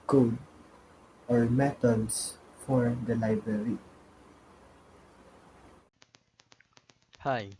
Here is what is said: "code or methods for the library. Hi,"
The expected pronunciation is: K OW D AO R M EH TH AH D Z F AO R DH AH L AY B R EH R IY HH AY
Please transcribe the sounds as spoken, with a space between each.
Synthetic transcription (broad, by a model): K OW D AO R M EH T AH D S F AO R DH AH L AY B R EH R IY HH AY